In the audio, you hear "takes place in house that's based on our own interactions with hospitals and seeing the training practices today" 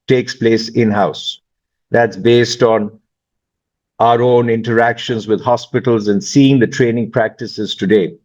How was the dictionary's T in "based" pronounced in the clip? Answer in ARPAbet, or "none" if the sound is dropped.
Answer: T